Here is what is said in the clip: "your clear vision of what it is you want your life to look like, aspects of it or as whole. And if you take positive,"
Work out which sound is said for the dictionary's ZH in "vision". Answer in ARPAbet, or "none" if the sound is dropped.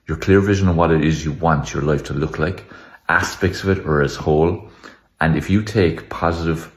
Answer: ZH